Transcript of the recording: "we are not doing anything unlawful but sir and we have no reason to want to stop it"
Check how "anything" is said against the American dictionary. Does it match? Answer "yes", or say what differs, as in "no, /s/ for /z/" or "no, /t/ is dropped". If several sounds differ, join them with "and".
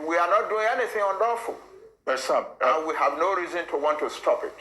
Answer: yes